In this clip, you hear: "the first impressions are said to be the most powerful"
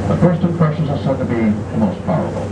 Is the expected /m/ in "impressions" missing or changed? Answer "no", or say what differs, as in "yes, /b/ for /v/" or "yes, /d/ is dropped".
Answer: yes, /m/ is dropped